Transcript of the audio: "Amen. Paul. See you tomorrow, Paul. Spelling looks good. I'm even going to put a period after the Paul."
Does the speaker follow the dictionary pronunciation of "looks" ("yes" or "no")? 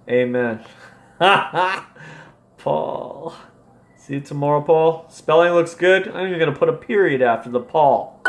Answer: yes